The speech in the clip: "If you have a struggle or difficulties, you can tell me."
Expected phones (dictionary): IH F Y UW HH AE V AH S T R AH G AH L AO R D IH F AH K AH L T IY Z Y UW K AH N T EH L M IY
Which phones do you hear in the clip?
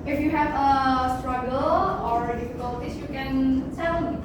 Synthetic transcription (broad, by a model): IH F Y UW HH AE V AH S T R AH G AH L AO R D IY F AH K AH L T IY S Y UW K AH N S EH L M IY